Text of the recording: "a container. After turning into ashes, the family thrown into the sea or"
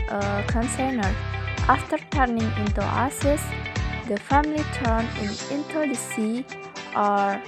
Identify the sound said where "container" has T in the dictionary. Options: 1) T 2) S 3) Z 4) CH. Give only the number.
2